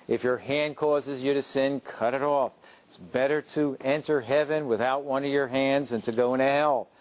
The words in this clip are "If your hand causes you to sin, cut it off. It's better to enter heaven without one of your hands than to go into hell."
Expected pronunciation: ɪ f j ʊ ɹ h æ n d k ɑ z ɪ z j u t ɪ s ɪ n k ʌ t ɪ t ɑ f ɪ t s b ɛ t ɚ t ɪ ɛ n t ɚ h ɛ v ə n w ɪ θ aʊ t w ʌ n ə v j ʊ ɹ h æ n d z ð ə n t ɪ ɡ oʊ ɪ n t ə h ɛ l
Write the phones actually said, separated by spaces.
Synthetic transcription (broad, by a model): ɪ f j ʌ ɹ h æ n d k ɑ z ɪ z j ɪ t ɪ s ɪ n k ʌ t ɪ t ɑ f ɪ t s b ɛ t ɚ t ɪ ɛ n t ɚ h ɛ v ə n w ɪ θ aʊ t w ʌ n ə v j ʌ ɹ h æ n d z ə n t ɪ ɡ oʊ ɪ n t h ɛ l